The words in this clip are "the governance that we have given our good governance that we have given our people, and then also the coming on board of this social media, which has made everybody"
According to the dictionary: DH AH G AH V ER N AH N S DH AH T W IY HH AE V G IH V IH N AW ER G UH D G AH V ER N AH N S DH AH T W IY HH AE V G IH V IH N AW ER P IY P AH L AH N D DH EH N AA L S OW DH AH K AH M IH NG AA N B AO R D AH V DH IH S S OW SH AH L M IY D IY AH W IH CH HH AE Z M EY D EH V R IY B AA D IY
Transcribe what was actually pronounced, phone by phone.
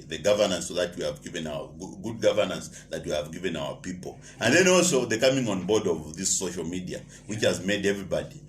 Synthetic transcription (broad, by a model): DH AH G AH V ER N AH N S DH AH T W IY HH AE V G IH V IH N AW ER G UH D G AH V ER N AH N S DH AH T W IY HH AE V G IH V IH N AW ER P IY P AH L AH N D DH EH N AA L S OW DH AH K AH M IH NG AA N B AO R D AH V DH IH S S OW SH AH L M IY D IY AH W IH CH HH AE Z M EY D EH V R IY B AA D IY